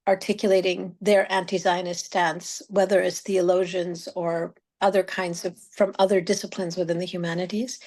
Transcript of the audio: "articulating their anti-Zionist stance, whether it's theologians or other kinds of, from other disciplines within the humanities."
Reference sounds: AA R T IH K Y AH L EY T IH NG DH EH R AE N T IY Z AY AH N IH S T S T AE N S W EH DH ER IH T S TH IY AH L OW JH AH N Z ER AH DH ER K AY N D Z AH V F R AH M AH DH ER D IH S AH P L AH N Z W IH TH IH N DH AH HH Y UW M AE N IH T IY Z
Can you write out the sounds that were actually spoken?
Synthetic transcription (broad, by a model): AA R T IH K Y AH L EY T IH NG DH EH R AE N T IY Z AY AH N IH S S T AE N S W EH DH ER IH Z TH IY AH L OW ZH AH N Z ER AH DH ER K AY N D Z AH V F R AH M AH DH ER D IH S AH P L AH N Z W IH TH IH N DH AH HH Y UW M AE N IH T IY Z